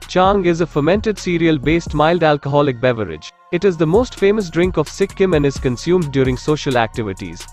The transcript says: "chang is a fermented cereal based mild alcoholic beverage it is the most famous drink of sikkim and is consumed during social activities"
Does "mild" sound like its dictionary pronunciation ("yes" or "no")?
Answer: yes